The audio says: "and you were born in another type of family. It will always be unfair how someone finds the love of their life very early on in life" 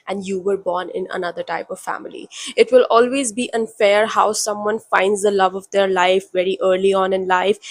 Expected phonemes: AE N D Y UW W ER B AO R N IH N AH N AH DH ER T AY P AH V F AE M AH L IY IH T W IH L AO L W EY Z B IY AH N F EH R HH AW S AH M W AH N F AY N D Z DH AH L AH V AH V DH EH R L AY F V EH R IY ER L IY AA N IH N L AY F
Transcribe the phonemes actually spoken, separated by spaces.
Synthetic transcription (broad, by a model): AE N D Y UW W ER B AO R N IH N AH N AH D ER T AY P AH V F AE M AH L IY IH T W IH L AO L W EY Z B IY AH N F EH R HH AW S AH M W AH N F AY N D Z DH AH L AH V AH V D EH R L AY F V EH R IY ER L IY AA N IH N L AY F